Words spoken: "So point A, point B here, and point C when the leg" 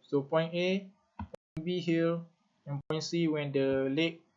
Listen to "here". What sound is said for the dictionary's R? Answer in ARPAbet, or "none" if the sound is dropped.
L